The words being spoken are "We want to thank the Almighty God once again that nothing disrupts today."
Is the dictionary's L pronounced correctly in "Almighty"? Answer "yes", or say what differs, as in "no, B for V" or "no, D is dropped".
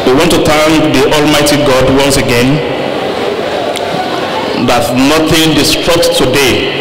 yes